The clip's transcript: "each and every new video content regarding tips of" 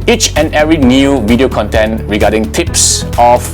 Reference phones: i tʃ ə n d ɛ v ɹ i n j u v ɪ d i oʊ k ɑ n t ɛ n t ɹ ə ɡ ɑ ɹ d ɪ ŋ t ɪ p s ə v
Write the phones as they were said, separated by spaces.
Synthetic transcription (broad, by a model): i tʃ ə n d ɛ ɹ i n j u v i d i oʊ k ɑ n t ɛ n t ɹ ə ɡ ɑ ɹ d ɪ ŋ t ɪ p s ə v